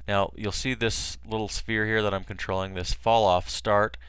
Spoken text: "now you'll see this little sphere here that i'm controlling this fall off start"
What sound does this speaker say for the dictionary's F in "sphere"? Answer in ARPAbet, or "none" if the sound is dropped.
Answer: F